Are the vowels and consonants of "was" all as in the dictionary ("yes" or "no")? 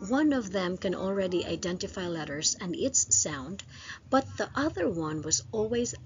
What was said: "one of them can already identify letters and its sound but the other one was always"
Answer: yes